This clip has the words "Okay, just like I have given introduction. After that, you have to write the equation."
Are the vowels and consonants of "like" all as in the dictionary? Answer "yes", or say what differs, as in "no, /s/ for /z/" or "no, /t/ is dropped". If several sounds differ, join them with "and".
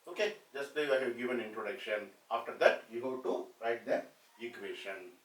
no, /k/ is dropped